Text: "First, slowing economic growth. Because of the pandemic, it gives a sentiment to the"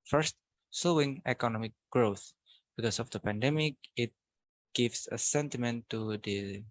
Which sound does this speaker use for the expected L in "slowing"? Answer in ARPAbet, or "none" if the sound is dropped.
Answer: none